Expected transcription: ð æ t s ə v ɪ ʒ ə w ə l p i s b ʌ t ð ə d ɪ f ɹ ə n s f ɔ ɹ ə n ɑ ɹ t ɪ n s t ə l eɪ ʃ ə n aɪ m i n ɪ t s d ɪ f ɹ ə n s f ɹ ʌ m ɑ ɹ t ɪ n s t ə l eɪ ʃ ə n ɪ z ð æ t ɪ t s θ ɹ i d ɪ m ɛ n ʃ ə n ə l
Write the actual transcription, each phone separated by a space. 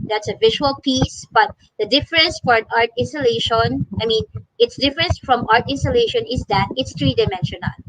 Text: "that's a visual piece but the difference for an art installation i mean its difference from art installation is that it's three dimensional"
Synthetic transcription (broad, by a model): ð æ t s ə v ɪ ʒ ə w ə l p i s b ʌ t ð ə d ɪ f ɹ ə n s f ɔ ɹ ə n ɑ ɹ t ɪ n s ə l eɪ ʃ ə n aɪ m i n ɪ t s d ɪ f ɹ ə n s f ɹ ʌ m ɑ ɹ t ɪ n s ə l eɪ ʃ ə n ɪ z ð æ t ɪ t s t ɹ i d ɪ m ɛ n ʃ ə n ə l